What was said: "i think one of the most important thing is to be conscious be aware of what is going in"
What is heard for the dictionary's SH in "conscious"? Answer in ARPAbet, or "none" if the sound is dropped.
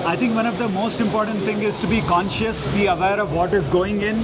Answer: SH